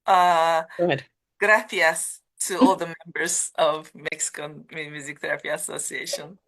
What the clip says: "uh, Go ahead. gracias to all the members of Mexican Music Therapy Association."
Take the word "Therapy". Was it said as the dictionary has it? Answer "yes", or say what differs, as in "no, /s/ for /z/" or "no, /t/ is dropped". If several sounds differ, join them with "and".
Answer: no, /f/ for /p/